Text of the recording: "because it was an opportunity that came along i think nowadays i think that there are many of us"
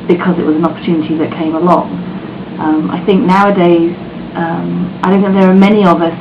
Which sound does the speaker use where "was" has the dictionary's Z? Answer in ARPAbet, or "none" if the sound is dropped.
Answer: Z